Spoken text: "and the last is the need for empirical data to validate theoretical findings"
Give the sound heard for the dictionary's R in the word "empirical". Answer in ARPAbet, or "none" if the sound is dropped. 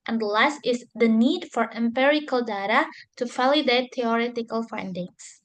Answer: R